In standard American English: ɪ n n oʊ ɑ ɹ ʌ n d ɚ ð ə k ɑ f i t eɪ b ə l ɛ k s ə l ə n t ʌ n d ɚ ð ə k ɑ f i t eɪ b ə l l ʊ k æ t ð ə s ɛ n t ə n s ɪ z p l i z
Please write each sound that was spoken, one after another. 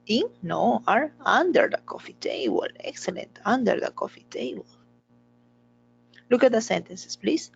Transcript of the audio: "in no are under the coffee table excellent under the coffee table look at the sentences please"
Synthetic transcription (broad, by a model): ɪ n n oʊ ɑ ɹ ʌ n d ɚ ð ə k ɑ f i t eɪ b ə l ɛ k s ə l ə n t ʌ n d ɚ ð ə k ɑ f i t eɪ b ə l l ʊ k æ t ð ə s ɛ n t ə n s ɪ s p l i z